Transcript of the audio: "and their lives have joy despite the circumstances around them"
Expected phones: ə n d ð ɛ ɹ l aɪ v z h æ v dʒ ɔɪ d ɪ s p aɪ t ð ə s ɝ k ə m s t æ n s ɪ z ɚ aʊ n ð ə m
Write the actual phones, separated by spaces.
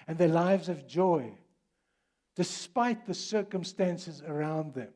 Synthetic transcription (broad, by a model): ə n ð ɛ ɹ l aɪ v z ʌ v dʒ ɔɪ d ɪ s p aɪ t ð ə s ɝ k ə m s t æ n s ɪ z ɚ aʊ n ð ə m